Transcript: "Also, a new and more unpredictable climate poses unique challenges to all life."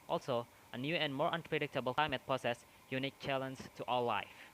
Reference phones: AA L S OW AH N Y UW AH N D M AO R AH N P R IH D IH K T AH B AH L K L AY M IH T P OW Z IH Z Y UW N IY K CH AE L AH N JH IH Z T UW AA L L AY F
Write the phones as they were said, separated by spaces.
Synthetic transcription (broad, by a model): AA L S OW AH N Y UW AH N D M AO R AH N P R IH D IH K T AH B AH L K L AY M IH T P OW S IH S Y UW N IY K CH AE L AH N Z T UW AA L L AY F